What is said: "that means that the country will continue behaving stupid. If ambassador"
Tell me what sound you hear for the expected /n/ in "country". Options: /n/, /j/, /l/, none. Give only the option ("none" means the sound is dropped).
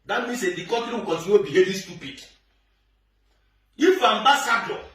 none